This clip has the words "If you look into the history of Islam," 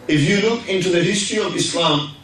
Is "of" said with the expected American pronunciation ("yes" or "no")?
yes